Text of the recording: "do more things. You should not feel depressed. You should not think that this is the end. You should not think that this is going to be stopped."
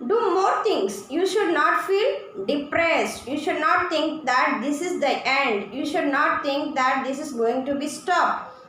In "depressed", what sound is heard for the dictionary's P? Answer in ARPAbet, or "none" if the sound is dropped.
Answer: P